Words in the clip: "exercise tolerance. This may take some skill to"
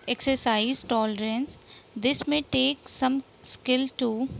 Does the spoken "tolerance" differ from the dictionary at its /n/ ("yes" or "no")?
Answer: no